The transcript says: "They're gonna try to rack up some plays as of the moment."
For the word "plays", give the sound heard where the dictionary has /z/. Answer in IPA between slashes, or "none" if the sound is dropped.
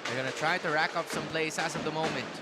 /s/